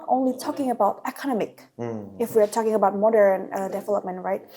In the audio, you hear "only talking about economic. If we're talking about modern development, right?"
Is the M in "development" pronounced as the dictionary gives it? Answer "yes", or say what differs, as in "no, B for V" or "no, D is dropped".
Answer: yes